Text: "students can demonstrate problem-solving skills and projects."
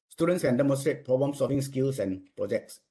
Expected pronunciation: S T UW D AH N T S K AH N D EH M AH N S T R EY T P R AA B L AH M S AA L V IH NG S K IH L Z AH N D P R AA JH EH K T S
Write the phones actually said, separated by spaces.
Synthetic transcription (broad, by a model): S T UW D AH N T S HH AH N D EH M AH N S T R EY T P R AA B AH M S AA V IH NG S K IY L S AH N P R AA JH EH K T S